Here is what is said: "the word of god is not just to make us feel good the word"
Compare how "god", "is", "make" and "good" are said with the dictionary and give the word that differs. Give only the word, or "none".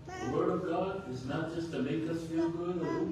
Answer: none